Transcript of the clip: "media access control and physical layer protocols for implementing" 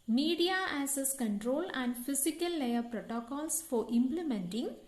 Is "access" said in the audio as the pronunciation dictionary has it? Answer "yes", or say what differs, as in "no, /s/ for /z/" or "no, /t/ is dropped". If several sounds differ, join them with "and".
no, /k/ is dropped